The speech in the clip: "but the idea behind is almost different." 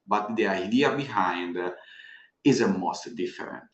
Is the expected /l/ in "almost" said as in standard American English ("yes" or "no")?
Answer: no